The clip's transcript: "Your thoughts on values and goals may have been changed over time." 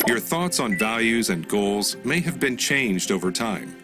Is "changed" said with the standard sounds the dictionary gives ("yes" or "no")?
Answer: yes